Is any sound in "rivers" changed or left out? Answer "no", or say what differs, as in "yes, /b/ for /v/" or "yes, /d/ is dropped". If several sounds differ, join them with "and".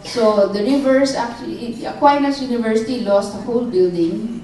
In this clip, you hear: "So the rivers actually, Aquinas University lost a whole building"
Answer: yes, /s/ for /z/